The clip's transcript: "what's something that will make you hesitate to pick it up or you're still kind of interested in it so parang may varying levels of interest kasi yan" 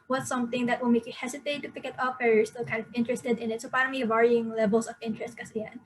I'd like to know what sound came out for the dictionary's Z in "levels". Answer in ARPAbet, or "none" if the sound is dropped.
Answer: S